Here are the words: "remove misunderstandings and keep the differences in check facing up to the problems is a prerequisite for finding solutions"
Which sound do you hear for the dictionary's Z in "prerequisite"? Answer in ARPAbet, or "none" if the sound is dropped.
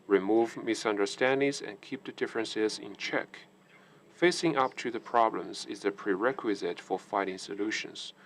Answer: Z